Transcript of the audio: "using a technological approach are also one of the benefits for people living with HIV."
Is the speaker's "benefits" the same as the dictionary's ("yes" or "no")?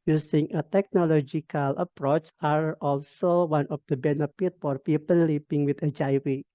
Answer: no